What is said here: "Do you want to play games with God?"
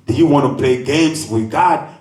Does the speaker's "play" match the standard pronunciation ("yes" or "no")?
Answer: no